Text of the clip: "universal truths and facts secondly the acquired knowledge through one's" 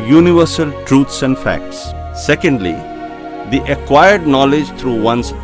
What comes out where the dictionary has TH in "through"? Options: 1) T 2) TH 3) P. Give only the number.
1